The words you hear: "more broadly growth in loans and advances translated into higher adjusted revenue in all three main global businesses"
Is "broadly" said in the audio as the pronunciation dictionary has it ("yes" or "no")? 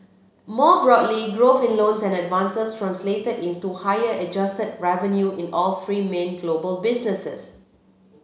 yes